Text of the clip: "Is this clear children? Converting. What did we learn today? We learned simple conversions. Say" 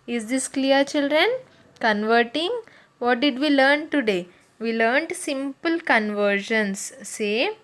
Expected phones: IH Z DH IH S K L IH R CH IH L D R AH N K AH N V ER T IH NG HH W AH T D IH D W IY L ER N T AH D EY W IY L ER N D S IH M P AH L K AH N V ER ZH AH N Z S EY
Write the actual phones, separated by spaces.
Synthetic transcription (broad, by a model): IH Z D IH S K L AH R CH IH L D R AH N K AH N V ER T IH NG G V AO T D IH D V IY L ER N T AH D EY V IY L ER N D S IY M P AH L K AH N V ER SH AH N S EY